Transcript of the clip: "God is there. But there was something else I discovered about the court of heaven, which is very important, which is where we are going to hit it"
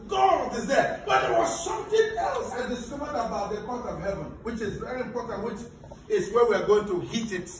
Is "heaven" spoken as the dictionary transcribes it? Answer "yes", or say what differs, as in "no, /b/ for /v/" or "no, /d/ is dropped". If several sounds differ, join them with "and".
yes